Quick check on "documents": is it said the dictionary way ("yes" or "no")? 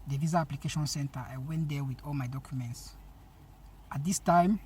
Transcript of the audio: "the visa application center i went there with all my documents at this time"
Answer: yes